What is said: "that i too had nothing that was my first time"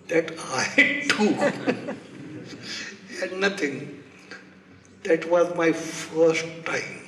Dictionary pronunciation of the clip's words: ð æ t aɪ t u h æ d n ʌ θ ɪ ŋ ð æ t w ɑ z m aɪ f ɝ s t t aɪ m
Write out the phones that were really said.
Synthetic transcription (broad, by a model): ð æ t aɪ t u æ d n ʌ t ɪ ŋ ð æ t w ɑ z m aɪ f ɝ s t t aɪ m